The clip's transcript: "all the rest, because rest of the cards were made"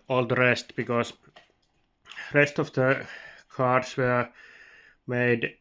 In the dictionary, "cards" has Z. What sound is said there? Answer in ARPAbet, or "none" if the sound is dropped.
S